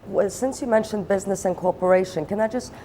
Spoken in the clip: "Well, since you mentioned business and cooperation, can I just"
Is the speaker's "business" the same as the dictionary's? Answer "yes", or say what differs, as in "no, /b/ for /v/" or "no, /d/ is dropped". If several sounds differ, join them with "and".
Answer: yes